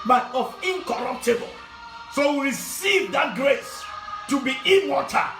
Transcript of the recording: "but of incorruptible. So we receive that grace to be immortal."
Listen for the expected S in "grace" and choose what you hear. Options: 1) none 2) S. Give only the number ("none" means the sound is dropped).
2